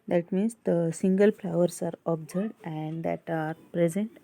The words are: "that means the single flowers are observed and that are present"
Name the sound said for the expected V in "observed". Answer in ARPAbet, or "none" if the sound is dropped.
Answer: none